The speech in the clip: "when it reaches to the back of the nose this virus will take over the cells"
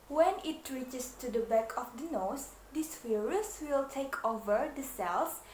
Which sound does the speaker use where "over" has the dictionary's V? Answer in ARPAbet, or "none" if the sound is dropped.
V